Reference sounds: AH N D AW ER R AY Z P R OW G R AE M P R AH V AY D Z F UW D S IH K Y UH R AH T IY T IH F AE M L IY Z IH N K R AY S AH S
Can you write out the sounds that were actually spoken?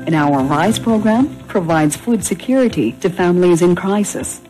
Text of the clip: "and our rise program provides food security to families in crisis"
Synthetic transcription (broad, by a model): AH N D AW ER R AY Z P R OW G R AE M P R AH V AY D Z F UW D S IH K Y UH R AH T IY T IH F AE M L IY Z IH N K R AY S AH S